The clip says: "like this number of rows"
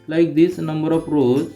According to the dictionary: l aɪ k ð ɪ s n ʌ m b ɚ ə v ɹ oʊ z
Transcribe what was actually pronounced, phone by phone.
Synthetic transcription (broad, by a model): l aɪ k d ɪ s n ʌ m b ɚ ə p ɹ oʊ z